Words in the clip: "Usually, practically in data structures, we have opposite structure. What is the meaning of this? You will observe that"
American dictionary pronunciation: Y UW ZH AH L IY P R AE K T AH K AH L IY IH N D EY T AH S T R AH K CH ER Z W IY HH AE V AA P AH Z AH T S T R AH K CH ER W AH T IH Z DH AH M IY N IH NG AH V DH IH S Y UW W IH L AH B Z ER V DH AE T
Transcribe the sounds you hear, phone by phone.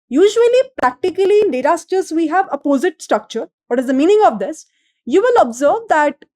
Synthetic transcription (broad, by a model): Y UW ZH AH L IY P R AE K T AH K AH L IY IH N D EY T AH S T AH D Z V IY HH AE V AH P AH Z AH T S T R AH K CH ER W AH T IH Z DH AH M IY N IH NG AH V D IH S Y UW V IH L AH B Z ER V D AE T